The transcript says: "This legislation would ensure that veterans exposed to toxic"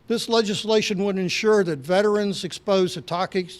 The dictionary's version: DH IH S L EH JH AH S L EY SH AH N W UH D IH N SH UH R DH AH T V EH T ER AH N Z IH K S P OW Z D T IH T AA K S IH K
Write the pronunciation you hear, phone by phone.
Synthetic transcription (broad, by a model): DH IH S L EH JH AH S L EY SH AH N W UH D IH N SH UH R DH AH T V EH T ER AH N Z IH K S P OW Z T IH T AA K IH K